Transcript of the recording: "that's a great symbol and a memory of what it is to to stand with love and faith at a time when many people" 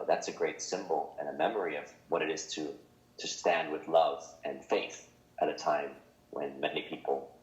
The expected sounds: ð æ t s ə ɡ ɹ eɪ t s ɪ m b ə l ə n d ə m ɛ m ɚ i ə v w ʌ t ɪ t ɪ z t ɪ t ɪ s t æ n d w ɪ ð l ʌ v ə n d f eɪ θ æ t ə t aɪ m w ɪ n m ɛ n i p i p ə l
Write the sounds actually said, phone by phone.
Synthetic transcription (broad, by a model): ð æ t s ə ɡ ɹ eɪ t s ɪ m b l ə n ə m ɛ m ɚ i ə v w ʌ t ɪ t ɪ z t ɪ t ɪ s t æ n d w ɪ ð l ʌ v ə n f eɪ θ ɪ t ə t aɪ m w ɪ n m ɛ n i p i p l